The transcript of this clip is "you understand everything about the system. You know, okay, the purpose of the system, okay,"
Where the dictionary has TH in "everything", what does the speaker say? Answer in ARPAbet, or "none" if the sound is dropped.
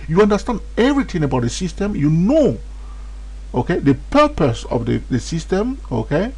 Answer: T